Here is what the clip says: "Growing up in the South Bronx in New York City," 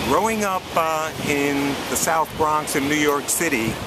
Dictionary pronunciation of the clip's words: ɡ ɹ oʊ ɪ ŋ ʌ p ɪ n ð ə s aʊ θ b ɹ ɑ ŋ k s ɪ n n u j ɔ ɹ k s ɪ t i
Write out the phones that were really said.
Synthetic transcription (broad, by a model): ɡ ɹ oʊ ɪ ŋ ʌ p ɪ n ð ə s aʊ θ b ɹ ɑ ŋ k s ɪ n n u j ɔ ɹ k s ɪ t i